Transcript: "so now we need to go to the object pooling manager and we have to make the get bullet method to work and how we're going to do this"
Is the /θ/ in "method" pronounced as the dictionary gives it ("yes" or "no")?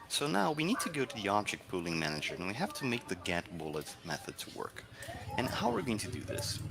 yes